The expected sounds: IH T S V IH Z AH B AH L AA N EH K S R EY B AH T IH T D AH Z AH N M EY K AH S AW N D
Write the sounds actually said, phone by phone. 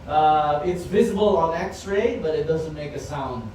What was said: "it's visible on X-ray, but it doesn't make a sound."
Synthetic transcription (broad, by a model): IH T S V IH Z AH B AH L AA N EH K S R EY B AH T IH T D AH Z AH N M EY K AH S AW N D